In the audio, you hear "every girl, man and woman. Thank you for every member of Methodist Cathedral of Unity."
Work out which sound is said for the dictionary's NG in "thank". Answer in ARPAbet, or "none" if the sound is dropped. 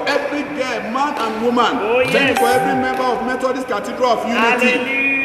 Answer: none